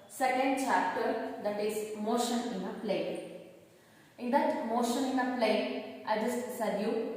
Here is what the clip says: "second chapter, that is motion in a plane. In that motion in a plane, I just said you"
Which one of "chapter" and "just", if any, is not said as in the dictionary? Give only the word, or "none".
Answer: none